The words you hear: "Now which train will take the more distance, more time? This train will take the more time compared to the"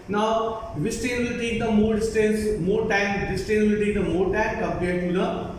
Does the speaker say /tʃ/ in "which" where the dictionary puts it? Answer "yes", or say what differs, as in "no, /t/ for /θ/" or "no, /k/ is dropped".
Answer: no, /s/ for /tʃ/